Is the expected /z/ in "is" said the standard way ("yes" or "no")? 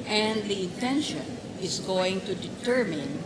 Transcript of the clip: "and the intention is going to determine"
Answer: no